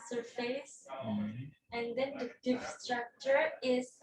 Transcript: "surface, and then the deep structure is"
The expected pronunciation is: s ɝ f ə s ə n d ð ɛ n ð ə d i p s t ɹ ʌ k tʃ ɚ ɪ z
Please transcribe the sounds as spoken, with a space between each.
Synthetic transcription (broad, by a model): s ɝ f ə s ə n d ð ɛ n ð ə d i f s t ɹ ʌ k tʃ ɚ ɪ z